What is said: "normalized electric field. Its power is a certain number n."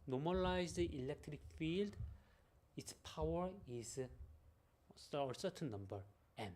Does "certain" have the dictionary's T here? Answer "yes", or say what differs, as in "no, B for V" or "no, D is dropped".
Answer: no, S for T